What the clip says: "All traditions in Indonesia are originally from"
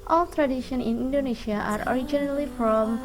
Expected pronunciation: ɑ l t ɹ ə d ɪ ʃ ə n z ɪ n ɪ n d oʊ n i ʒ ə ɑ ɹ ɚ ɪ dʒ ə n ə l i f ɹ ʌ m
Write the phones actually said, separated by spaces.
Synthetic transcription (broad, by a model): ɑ l t ɹ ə d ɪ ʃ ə n ɪ n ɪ n d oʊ n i ʃ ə ɑ ɹ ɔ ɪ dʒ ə n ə l i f ɹ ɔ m